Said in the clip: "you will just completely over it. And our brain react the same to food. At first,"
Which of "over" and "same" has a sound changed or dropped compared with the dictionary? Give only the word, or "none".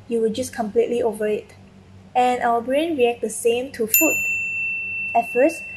none